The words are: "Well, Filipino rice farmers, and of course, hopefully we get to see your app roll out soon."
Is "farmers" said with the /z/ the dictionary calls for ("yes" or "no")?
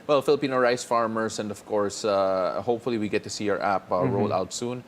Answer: no